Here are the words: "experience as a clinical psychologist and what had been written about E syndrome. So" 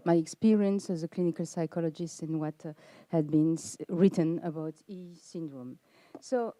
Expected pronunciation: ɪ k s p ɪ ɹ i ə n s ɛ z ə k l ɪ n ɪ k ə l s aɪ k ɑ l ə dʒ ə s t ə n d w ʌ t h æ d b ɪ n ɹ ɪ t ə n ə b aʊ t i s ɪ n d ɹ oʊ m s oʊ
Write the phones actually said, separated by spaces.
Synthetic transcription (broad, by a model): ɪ k s p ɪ ɹ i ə n s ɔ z ə k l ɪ n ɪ k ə l s aɪ k ɑ l ə dʒ ə s t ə n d w ʌ t h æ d b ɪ n ɹ ɪ t ə n ə b aʊ t i s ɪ n d ɹ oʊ m s oʊ